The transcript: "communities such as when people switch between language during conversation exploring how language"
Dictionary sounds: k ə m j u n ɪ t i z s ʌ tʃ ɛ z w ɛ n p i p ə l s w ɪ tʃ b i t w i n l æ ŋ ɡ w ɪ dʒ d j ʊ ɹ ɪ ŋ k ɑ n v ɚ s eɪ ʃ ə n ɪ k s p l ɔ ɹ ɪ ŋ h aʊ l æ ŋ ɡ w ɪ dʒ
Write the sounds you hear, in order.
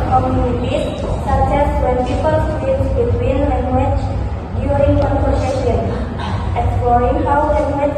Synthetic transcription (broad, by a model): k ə m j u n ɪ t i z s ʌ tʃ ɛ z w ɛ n p i p ə l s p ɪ s b i t w i n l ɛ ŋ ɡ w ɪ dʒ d j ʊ ɹ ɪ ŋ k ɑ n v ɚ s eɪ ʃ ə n ɪ k s p l ɔ ɹ ɪ ŋ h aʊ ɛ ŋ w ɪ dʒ